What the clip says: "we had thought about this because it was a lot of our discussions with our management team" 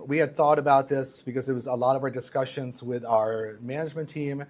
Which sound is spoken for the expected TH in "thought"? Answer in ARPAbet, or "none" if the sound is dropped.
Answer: TH